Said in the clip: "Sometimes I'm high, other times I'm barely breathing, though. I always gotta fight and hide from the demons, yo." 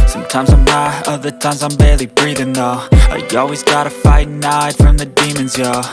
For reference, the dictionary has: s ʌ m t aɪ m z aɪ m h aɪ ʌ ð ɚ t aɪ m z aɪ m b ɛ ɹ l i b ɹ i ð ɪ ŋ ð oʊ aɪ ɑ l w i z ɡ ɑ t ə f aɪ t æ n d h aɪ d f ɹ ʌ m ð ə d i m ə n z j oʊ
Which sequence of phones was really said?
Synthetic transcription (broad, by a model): s ʌ m t aɪ m z aɪ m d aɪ ʌ ð ɚ t aɪ m z aɪ m b ɛ ɹ l i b ɹ i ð ɪ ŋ ð oʊ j ɑ l w i z ɡ ɑ t ə f aɪ t n aɪ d f ɹ ʌ m ð ə d i m ə n z j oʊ